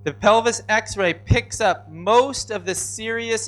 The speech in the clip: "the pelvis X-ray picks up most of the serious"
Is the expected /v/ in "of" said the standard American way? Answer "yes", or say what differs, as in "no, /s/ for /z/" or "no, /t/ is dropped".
yes